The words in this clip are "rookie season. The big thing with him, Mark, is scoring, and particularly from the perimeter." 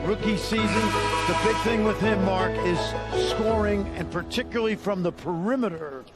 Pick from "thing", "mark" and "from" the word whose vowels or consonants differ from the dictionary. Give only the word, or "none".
none